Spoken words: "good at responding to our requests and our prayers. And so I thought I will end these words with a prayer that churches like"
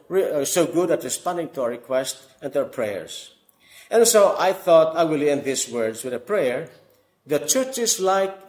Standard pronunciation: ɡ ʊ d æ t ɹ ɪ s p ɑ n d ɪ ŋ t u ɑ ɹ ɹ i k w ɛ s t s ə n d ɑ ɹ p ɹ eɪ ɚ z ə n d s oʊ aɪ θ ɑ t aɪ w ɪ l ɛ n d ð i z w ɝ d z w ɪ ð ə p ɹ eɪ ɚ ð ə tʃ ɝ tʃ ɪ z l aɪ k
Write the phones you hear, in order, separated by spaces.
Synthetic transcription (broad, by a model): ɡ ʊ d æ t ɹ ɪ s p ɑ n d ɪ ŋ t u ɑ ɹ ɹ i k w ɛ s t ə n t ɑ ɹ p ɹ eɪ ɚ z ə n s oʊ aɪ θ ɑ t aɪ w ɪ l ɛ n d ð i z w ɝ d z w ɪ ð ə p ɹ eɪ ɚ ð ə tʃ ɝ tʃ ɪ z l aɪ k